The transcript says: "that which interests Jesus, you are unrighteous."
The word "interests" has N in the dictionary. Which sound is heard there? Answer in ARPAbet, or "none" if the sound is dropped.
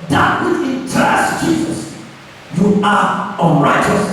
none